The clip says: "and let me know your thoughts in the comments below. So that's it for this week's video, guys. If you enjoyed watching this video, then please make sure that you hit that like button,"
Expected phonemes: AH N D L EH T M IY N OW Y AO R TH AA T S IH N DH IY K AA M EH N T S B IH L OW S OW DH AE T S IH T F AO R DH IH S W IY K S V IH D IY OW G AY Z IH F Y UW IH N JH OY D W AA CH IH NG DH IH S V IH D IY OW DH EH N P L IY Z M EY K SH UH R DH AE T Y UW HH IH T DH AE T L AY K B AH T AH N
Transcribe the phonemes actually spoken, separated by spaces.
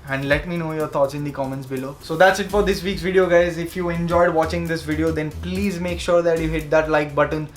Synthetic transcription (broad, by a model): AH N D L EH T M IY N OW Y AO R T AA T S IH N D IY K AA M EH N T S B IH L OW S OW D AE T S IH T F AO R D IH S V IY K S V IH D IY OW G AY Z IH F Y UW IH N JH OY D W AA CH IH NG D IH S V IH D IY OW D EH N P L IY Z M EY K SH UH R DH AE T Y UW HH IH T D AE T L AY K B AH T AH N